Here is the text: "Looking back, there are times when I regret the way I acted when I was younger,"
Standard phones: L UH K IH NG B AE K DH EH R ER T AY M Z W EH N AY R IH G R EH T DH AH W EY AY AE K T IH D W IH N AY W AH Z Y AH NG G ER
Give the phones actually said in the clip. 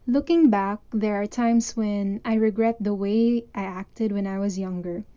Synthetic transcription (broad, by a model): L UH K IH NG B AE K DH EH R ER T AY M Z W EH N AY R IH G R EH T DH AH W EY AY AE K T IH D W IH N AY W AH Z Y AH NG G ER